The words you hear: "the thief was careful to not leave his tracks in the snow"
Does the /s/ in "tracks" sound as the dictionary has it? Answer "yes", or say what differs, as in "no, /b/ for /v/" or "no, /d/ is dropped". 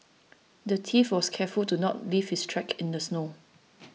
no, /s/ is dropped